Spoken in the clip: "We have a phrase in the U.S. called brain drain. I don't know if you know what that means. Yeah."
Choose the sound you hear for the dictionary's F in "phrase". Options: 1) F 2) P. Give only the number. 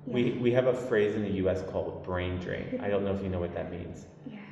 1